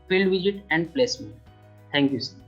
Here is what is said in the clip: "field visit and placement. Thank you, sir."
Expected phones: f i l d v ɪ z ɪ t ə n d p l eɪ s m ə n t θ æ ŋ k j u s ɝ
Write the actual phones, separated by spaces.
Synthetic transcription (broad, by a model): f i l d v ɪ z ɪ t ə n d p l eɪ s m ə t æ ŋ k j u s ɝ